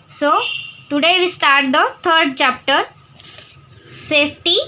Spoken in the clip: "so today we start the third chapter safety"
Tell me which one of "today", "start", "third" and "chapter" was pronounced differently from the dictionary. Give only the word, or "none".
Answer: third